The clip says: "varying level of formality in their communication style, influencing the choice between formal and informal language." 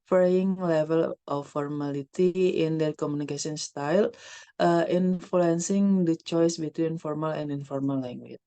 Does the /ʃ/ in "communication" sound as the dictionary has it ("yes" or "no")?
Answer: no